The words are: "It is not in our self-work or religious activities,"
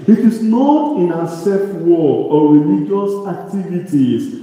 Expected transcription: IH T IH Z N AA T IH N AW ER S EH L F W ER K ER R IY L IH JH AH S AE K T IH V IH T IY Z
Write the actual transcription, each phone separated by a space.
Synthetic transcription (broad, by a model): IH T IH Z N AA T IH N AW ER S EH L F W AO ER R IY L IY JH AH S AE K T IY V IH T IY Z